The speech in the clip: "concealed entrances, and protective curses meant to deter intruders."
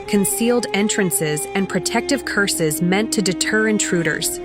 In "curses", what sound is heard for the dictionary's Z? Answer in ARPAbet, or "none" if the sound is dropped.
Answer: Z